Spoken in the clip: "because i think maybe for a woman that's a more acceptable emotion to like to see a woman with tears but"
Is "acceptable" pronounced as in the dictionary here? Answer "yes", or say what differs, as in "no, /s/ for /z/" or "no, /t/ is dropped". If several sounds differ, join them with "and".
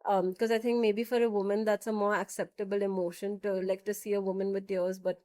yes